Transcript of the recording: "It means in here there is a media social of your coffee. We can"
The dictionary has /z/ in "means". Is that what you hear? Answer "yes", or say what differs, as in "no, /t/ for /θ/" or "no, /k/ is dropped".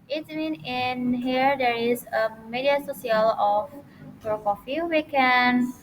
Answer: no, /z/ is dropped